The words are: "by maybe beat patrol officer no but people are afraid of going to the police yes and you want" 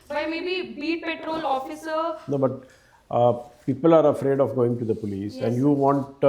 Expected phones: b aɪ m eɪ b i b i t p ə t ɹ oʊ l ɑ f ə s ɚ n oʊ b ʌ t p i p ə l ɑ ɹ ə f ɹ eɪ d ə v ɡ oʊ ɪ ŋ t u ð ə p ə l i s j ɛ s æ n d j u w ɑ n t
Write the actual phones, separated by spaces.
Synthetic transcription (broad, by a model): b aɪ m eɪ b i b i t p ə t ɹ oʊ l ɑ f ə s ɚ n oʊ b ʌ t p i p ə l ɑ ɹ ə f ɹ eɪ d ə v ɡ oʊ ɪ ŋ t u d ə p ə l i s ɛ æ n d j u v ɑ n t